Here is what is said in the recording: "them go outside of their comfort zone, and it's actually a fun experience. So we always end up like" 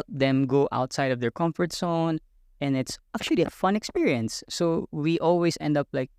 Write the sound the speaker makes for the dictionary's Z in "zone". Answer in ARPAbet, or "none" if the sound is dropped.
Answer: S